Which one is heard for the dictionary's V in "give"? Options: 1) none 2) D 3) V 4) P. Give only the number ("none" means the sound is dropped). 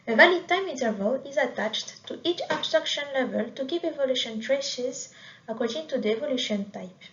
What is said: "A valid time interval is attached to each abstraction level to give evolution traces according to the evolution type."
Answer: 4